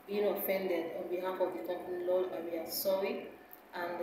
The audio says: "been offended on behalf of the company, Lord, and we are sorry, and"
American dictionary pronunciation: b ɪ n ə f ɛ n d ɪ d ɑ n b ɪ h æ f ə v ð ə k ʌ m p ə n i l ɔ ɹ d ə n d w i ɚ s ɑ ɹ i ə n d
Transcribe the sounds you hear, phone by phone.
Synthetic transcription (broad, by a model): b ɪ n ə f ɛ n d ɪ d ɑ n b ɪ h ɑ f ə v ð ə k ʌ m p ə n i l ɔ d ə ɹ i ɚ s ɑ i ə n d